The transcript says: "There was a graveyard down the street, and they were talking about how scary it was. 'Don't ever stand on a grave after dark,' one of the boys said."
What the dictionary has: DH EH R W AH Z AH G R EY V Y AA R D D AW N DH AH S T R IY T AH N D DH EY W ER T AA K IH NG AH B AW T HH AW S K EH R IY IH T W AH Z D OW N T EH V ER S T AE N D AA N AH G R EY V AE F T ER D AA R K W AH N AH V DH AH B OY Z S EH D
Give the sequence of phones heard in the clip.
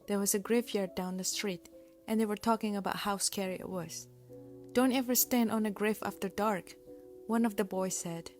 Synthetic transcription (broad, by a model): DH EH R W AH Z AH G R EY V Y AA R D D AW N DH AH S T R IY T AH N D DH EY W ER T AA K IH NG AH B AW T HH AW S K EH R IY IH T W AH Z D OW N T EH V ER S T AE N D AA N AH G R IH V AE F T ER D AA R K W AH N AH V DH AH B OY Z S EH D